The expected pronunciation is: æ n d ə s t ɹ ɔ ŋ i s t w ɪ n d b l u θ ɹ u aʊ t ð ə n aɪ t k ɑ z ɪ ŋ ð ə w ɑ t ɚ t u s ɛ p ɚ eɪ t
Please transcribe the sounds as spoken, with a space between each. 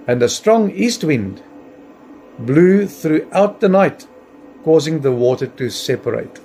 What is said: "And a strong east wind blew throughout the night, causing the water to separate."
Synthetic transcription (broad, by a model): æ n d ə s t ɹ ɔ ŋ i s t w ɪ n d b l u θ ɹ u aʊ t ð ə n aɪ t k ɑ z ɪ ŋ ð ə w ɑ t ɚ t u s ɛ p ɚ eɪ t